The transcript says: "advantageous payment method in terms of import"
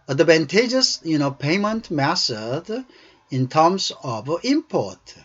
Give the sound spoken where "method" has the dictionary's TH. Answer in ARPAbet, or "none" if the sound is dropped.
S